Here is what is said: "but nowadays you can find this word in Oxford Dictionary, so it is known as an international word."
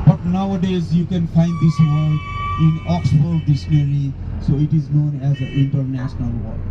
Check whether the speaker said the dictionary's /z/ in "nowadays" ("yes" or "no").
yes